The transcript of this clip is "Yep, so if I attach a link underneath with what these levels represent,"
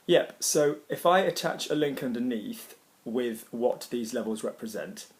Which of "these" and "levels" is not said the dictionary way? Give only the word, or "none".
none